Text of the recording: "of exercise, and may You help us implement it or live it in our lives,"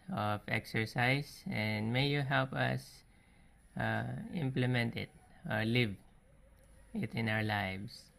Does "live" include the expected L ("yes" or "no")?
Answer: yes